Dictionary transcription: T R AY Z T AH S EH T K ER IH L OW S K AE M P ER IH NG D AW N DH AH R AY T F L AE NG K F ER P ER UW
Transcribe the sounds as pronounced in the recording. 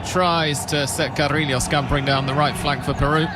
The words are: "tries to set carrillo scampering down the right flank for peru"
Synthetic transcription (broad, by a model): T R AY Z T AH S EH T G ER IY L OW S K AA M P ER IH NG D AW N DH AH R AY T F L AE NG K F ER P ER UW